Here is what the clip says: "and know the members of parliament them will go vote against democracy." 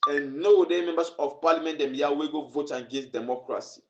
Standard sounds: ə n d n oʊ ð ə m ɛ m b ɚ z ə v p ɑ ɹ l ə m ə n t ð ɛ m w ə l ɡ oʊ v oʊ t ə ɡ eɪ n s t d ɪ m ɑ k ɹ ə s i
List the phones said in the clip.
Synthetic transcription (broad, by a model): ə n n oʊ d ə m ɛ m b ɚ s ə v p ɑ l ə m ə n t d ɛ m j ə w ɡ oʊ v oʊ t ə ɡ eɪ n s d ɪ m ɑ k ɹ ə s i